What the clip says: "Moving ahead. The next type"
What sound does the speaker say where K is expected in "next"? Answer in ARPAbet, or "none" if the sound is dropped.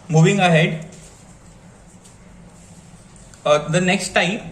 K